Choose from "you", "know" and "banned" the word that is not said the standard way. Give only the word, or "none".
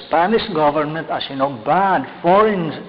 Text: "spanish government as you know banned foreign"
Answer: banned